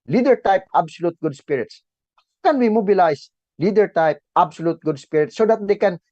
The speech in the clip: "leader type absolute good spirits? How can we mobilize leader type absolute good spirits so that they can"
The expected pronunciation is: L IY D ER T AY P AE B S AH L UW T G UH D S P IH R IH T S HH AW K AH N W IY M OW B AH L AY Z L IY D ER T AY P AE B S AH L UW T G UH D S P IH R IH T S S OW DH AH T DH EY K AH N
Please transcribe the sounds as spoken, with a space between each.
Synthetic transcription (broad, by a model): L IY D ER T AY P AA B S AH L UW T G UH D S P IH R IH T S HH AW K AH N W IY M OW B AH L AY S L IY D ER T AY P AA B S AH L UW T G UH D S P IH R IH T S S OW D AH T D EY K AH N